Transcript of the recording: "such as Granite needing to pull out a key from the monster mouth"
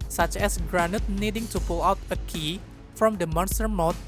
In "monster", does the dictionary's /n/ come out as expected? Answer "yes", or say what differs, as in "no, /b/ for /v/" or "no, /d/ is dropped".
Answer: yes